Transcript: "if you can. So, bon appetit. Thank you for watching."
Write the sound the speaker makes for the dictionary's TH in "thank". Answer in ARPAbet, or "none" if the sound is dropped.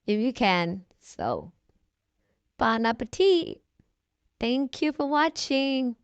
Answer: TH